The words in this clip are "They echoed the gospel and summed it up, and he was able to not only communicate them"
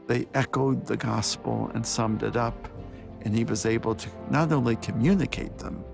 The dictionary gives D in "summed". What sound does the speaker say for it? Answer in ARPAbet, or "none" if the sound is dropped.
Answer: D